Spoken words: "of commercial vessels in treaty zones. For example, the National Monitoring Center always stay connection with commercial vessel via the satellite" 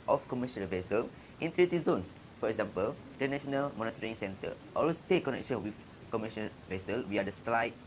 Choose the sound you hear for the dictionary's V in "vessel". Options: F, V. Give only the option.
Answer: V